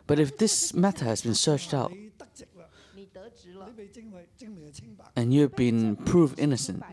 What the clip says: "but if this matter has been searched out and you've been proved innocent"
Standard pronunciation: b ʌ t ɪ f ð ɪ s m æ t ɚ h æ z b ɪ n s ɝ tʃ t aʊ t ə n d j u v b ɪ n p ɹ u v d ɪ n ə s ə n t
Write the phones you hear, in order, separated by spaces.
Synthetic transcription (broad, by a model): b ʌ t ɪ f ð ɪ s m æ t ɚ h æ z b ɪ n s ɝ tʃ t aʊ t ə n j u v b ɪ n p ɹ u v ɪ n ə s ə n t